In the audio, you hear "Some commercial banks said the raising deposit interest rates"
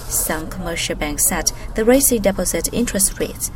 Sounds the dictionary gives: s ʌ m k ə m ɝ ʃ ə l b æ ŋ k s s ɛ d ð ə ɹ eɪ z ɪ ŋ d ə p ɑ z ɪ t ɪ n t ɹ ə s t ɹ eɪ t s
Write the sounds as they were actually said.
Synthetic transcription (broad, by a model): s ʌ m k ə m ɝ ʃ ə l b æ ŋ k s s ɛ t ð ə ɹ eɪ s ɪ d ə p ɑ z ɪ t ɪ n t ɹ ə s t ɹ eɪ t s